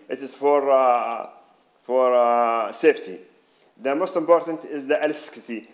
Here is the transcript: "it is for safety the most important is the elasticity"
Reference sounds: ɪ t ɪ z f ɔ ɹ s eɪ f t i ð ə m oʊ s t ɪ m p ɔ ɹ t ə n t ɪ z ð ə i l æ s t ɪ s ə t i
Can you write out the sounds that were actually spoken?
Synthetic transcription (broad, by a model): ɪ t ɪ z f ɔ ɹ s eɪ f t i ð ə m oʊ s t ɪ m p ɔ ɹ t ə n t ɪ z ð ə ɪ l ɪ s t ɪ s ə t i